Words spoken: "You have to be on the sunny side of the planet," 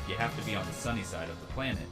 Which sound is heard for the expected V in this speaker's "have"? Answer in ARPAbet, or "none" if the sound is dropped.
F